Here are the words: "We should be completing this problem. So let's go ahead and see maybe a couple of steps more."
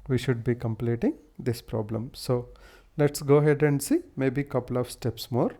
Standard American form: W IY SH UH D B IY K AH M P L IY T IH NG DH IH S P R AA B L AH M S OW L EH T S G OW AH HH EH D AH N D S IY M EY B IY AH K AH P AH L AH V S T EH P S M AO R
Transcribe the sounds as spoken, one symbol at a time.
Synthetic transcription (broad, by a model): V IY SH UH D B IY K AH M P L IY T IH NG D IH S P R AA B L AH M S OW L EH T S G OW HH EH D AH N D S IY M EY B IY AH K AH P AH L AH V S T EH P S M AO R